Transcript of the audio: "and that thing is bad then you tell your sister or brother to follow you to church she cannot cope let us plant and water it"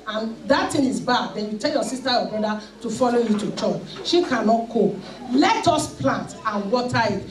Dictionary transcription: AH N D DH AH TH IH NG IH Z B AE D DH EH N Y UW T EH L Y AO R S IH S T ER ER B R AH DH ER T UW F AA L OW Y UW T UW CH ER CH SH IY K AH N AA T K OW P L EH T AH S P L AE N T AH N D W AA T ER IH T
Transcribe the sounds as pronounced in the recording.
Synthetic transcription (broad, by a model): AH N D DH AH T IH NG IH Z B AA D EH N Y UW T EH L Y AO S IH S T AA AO B R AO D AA T UW F AA L OW Y UW T UW CH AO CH SH IY K AH N AA T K OW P L EH T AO S P L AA N T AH N W AA T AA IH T